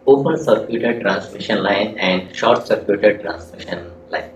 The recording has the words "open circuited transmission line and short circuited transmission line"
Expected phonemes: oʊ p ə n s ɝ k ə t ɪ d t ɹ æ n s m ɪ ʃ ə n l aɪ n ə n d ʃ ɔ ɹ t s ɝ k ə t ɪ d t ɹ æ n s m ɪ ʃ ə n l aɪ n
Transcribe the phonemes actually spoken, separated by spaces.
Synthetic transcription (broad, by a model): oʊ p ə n s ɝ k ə t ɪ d t ɹ æ n s m ɪ ʃ ə n l aɪ n ə n d ʃ ɔ ɹ t s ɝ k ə t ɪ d t ɹ æ n s m ɪ ʃ ə n l aɪ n